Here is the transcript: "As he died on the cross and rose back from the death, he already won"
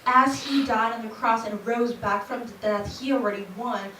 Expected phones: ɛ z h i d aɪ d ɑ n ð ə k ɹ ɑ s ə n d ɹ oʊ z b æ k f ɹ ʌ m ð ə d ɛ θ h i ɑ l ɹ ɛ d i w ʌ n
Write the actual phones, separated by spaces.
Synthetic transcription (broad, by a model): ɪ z h i d aɪ d n ð ə k ɹ ɑ s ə n ɹ oʊ z b æ k f ɹ ʌ m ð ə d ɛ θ h i l ɹ ɛ d i w ʌ n